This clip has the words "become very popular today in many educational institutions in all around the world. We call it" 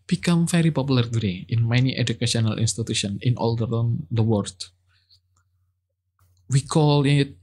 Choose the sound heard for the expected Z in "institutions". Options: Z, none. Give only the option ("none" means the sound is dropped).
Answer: none